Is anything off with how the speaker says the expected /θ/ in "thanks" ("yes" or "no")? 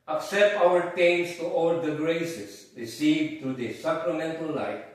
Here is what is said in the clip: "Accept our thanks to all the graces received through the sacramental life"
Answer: yes